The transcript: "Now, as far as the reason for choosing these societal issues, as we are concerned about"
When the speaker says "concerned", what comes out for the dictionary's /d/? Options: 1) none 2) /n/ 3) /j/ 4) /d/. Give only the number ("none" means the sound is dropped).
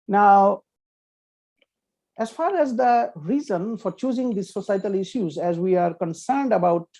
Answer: 4